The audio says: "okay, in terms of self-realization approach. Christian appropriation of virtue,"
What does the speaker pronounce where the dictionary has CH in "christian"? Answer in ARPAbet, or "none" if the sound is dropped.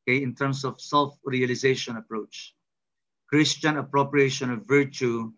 CH